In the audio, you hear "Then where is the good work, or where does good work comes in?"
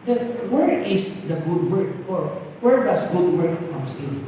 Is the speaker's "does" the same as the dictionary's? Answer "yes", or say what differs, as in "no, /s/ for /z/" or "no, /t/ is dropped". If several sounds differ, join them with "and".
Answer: no, /s/ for /z/